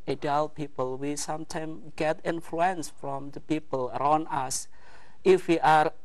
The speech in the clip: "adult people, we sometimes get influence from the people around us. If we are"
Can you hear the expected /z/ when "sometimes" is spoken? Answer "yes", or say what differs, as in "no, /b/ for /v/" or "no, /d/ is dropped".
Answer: no, /z/ is dropped